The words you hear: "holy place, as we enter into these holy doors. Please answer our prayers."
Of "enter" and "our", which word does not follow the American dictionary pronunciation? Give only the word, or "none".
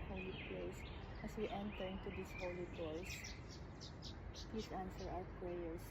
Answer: our